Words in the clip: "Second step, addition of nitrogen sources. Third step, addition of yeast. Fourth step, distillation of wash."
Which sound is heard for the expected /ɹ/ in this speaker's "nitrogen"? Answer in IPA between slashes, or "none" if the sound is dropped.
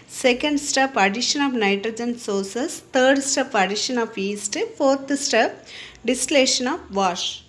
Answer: /ɹ/